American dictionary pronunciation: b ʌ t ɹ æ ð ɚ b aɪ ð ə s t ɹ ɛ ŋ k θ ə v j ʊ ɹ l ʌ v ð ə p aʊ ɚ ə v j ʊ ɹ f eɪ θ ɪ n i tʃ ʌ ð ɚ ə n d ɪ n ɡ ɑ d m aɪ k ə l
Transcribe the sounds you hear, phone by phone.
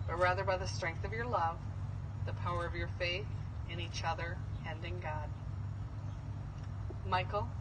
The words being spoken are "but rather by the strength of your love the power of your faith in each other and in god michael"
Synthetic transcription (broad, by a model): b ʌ t ɹ æ ð ɚ b aɪ ð ə s t ɹ ɛ ŋ k θ ə v j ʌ ɹ l ʌ v ð ə p aʊ ɚ ə v j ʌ ɹ f eɪ θ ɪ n i tʃ ʌ ð ɚ ə n d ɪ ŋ ɡ ɑ d m aɪ k l